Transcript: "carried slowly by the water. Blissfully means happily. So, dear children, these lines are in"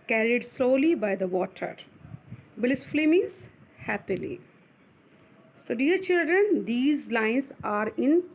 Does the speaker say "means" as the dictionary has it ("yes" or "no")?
no